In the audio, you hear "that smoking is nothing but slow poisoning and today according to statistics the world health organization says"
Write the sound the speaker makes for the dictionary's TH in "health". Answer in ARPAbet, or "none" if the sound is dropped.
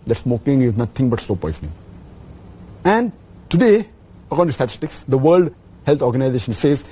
T